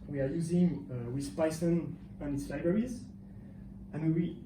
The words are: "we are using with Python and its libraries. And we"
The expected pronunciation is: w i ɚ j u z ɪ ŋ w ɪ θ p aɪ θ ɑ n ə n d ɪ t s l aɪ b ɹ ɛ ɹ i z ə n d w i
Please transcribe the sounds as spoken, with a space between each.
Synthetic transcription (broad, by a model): w i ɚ j u z ɪ ŋ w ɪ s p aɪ s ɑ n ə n ɪ t s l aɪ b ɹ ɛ ɹ i z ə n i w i